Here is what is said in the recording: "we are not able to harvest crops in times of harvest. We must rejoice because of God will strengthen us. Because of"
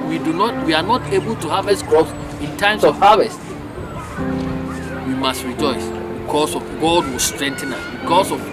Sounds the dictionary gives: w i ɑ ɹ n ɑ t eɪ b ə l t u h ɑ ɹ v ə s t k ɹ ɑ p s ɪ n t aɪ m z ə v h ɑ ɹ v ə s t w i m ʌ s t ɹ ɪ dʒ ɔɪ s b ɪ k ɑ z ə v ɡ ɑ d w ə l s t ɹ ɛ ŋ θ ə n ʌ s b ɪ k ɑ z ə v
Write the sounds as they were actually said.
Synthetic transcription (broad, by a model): w i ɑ w n ɑ t eɪ b ə l t u h ɑ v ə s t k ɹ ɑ s ɪ n t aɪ m s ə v h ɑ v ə s t w i m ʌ s t ɹ ɪ dʒ ɔɪ s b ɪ k ɑ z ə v ɡ ɑ d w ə s t ɹ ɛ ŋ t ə n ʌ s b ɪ k ɑ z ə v